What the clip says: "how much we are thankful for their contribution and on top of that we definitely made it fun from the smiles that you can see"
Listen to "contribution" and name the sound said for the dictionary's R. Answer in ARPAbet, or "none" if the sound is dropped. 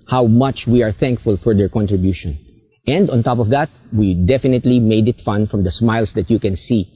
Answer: R